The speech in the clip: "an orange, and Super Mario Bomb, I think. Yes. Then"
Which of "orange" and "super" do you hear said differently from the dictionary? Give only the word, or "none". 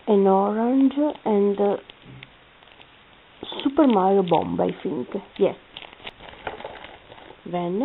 none